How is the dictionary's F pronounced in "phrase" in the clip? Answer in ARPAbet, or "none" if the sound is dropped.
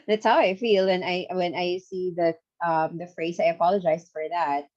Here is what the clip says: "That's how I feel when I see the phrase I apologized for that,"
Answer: F